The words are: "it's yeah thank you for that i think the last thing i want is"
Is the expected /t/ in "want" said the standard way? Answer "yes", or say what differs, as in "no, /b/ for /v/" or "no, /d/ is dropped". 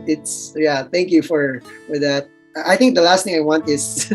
yes